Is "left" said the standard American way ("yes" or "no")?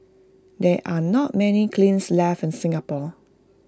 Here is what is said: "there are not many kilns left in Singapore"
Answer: no